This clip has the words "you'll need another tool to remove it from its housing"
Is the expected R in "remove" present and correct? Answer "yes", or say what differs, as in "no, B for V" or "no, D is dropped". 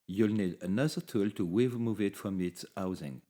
no, W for R